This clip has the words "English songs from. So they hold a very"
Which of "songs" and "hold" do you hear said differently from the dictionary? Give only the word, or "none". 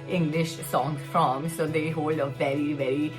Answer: songs